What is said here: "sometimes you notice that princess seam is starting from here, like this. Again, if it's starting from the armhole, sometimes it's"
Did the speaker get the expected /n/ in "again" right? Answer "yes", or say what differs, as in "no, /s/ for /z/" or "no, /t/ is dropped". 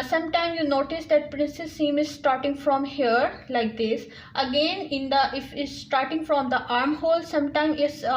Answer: yes